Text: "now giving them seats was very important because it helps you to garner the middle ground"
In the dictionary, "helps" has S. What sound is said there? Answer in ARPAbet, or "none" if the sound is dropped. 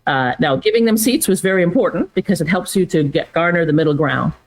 S